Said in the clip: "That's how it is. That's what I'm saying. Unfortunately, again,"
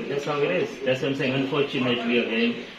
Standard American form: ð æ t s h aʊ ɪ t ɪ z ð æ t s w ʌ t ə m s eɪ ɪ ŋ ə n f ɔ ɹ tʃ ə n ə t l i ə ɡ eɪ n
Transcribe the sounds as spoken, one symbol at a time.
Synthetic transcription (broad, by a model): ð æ t s h aʊ ɪ t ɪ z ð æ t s ə m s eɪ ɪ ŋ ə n f ɔ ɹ tʃ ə n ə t w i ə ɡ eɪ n